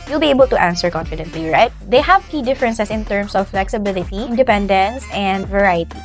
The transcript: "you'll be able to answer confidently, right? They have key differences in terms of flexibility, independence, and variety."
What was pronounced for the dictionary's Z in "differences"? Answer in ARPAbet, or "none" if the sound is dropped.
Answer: S